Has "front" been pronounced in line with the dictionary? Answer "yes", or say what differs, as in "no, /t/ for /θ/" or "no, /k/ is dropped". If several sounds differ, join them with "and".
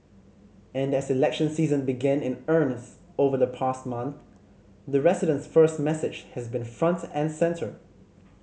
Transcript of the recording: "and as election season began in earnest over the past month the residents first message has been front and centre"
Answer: yes